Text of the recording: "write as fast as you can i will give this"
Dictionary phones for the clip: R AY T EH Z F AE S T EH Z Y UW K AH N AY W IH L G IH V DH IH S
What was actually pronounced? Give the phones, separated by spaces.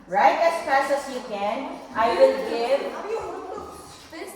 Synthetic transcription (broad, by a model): R AY T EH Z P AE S EH S Y UW K AH N AY W IH L G IH V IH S